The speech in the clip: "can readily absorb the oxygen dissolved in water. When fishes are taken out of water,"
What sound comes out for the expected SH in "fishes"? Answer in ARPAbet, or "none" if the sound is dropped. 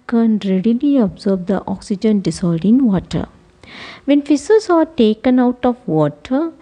S